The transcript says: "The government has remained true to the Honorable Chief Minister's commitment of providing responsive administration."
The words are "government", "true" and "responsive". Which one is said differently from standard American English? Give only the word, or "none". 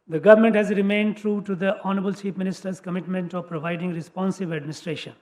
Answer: none